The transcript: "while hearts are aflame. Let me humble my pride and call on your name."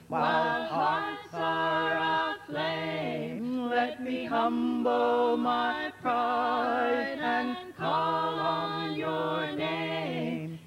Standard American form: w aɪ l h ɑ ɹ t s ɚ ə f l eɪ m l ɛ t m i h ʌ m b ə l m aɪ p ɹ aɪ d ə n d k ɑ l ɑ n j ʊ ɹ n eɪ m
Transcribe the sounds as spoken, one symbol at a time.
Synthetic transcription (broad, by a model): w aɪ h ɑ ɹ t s ɚ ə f l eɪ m l ɛ t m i h ʌ m b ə l m aɪ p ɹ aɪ ə n k ɑ l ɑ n j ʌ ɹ n eɪ m